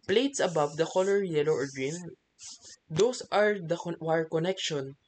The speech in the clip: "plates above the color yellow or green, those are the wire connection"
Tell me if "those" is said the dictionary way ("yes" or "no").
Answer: no